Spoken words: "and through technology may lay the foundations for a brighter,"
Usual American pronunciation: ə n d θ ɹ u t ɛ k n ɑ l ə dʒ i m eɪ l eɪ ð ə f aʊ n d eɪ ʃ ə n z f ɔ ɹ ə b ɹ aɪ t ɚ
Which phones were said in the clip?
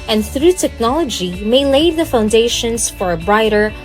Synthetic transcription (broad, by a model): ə n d θ ɹ u t ɛ k n ɑ l ə dʒ i m eɪ l eɪ ð ə f aʊ n d eɪ ʃ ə n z f ɔ ɹ ə b ɹ aɪ t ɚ